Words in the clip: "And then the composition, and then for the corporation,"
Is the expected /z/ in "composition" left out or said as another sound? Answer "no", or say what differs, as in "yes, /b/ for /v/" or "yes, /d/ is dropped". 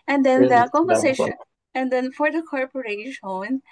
yes, /s/ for /z/